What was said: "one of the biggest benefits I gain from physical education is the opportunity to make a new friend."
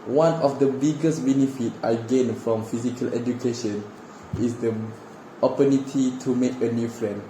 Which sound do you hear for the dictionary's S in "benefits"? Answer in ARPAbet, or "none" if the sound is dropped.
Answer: none